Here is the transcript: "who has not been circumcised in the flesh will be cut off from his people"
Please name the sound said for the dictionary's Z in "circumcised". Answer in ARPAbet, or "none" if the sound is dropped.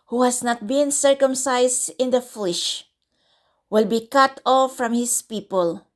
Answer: S